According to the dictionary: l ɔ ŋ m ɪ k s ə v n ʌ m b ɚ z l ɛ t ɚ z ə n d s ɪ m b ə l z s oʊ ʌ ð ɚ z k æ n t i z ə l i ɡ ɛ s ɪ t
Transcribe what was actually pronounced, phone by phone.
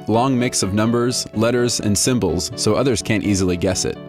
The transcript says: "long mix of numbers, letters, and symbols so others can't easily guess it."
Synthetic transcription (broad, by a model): l ɔ ŋ m ɪ k s ə v n ʌ m b ɚ z l ɛ t ɚ z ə n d s ɪ m b l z s oʊ ʌ ð ɚ z k æ n t i z l i ɡ ɛ s ɪ t